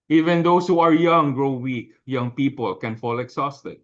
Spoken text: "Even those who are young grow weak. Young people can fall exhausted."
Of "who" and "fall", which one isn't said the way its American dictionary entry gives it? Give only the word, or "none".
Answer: none